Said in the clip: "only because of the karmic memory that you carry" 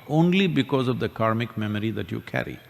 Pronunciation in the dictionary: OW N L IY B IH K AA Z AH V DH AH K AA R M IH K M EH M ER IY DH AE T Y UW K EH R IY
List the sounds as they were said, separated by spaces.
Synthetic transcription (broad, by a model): OW N L IY B IH K AA Z AH V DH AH K AA R M IH K M EH M ER IY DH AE T Y UW K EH R IY